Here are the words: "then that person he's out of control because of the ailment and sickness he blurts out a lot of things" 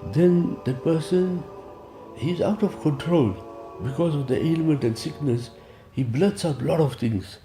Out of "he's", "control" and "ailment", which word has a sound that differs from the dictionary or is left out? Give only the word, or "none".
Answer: none